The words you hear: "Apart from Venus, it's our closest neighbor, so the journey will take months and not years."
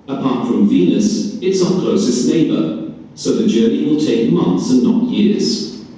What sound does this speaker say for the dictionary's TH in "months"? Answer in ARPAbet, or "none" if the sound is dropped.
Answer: TH